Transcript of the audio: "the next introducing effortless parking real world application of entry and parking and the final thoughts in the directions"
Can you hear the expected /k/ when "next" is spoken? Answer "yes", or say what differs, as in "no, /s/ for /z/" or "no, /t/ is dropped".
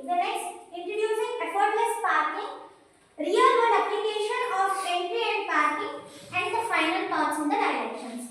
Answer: no, /k/ is dropped